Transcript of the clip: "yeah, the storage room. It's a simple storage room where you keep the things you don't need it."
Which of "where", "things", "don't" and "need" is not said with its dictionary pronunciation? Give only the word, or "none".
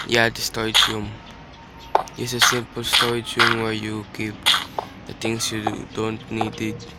things